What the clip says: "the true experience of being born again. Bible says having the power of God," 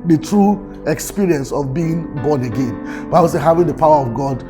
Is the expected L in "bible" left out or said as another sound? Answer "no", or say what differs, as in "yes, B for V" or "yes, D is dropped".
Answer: yes, W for L